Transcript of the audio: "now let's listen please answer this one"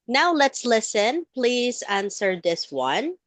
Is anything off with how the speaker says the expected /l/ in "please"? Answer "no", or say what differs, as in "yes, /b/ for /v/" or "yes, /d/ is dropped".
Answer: no